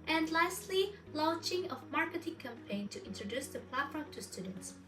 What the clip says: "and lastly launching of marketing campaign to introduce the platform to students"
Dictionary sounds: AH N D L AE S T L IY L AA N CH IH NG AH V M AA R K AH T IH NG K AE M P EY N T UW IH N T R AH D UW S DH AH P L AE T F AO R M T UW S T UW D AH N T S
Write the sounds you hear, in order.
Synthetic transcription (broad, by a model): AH N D L AE S T L IY L AA N CH IH NG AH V M AA R K AH T IH NG K AE M P EY N T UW IH N T R AH D UW S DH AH P L AE T F AO R M T UW S T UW D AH N T S